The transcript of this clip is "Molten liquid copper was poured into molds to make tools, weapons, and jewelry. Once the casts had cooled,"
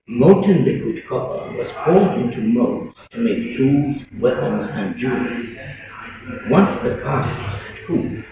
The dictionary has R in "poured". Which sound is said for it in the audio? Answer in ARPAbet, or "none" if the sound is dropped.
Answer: L